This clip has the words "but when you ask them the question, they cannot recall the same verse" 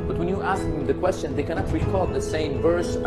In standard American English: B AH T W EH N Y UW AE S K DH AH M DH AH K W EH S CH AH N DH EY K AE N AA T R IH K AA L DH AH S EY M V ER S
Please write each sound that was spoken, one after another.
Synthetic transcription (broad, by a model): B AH T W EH N Y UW AE S K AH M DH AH K W EH S CH AH N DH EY K AE N AA T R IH K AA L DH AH S EY M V ER S